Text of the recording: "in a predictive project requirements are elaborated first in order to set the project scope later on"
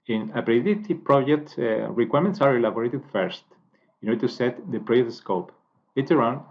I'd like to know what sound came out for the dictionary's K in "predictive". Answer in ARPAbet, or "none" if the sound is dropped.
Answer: none